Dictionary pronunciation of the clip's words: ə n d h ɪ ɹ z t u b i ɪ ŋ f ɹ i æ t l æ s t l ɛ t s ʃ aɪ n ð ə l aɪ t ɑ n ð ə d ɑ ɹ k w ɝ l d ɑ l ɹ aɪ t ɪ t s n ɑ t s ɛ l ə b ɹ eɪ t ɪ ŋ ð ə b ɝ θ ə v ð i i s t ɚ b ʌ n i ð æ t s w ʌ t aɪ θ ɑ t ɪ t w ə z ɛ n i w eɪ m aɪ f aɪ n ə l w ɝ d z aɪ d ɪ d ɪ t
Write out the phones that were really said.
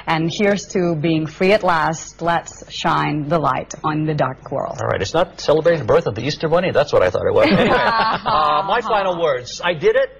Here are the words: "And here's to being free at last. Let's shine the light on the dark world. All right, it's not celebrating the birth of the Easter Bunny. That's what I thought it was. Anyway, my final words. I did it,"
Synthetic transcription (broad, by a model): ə n h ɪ ɹ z t u b i ɪ ŋ f ɹ i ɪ t l æ s t l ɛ t s ʃ aɪ n ð ə l aɪ t n ð ə d ɑ ɹ k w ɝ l l ɹ aɪ t ɪ t s n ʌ t s ɛ l ə b ɹ eɪ t ɪ ŋ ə b ɝ θ ə v ð i i s t ɚ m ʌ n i ð æ t s w ʌ t aɪ θ ɑ t ɪ t w ə z m aɪ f aɪ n l w ɝ d z aɪ d ɪ d ɪ t